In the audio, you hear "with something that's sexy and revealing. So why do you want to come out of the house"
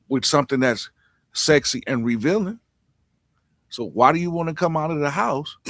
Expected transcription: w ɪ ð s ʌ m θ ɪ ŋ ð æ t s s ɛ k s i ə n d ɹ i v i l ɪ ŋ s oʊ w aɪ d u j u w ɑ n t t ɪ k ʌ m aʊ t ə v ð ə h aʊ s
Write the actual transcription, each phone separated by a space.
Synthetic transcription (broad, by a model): w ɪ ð s ʌ m θ ɪ ŋ ð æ t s s ɛ k s i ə n ɹ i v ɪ l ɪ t s oʊ w aɪ d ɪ j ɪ w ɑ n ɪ k ʌ m aʊ t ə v ð ə h aʊ s